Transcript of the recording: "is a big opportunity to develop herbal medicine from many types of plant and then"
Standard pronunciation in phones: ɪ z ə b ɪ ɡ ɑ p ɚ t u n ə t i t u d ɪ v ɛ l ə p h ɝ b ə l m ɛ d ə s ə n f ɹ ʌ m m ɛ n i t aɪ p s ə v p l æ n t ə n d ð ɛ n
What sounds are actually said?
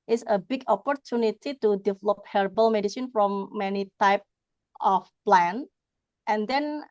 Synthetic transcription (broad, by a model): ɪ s ə b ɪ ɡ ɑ p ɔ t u n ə t i t u d ɪ v ɛ l ə p h ɝ b ə l m ɛ d ə s ə n f ɹ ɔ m m ɛ n i t aɪ p ə f p l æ n t ə n d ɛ n